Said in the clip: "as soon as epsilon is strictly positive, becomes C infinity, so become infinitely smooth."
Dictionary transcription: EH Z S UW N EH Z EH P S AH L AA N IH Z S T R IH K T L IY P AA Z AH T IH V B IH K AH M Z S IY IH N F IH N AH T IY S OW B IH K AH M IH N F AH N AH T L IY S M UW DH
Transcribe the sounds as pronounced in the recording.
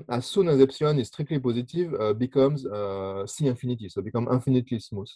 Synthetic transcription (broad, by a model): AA S UW N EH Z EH P S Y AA N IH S T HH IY K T IY P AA Z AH T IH V B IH K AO M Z S IY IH F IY N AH T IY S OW B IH K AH M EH F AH N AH T L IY S M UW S